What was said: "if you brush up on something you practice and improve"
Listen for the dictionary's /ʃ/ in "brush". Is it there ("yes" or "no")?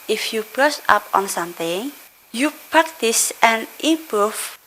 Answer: no